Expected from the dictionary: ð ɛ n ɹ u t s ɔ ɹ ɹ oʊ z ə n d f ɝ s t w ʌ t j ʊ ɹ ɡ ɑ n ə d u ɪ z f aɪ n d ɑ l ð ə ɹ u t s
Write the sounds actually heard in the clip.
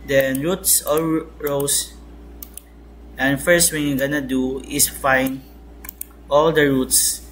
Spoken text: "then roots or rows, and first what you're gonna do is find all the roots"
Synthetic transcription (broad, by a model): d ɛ n ɹ u t s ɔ l ɹ oʊ s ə n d f ɝ s t w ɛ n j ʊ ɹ ɡ ɑ n ə d u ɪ s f aɪ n ɑ l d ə ɹ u t s